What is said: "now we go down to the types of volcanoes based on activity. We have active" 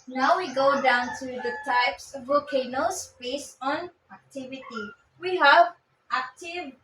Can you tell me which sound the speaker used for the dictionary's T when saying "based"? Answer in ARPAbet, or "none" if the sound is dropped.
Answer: none